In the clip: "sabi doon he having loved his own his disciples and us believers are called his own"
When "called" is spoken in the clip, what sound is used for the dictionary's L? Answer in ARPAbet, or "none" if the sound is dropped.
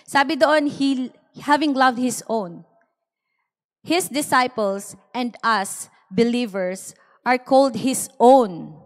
L